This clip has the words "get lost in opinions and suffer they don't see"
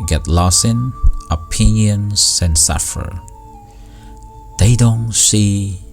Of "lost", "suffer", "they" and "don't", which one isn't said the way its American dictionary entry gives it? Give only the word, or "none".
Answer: lost